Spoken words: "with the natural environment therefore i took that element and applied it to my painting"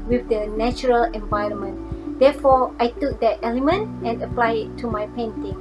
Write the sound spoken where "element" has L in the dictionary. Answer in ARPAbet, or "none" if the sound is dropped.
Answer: L